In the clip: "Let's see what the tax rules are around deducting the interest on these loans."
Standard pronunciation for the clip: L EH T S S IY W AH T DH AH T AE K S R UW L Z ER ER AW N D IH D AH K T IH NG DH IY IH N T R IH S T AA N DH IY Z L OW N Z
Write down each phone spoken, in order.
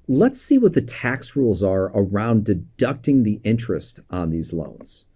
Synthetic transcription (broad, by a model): L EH T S S IY W AH T DH AH T AE K S R UW L Z ER ER AW N D IH D AH K T IH NG DH IY IH N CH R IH S T N DH IY Z L OW N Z